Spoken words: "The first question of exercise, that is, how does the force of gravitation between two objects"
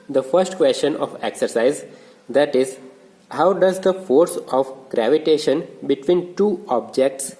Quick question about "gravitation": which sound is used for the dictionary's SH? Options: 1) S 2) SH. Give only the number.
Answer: 2